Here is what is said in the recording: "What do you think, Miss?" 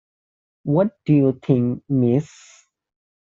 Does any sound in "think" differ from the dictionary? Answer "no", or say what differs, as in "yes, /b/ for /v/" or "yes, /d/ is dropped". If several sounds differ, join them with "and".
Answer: yes, /t/ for /θ/